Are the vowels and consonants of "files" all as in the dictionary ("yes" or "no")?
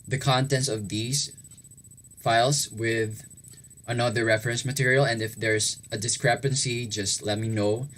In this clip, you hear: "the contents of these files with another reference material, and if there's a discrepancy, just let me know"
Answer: no